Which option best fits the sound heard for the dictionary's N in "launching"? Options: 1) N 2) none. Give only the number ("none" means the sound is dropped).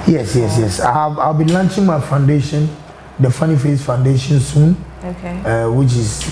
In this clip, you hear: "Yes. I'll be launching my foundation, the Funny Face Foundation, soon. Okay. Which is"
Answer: 1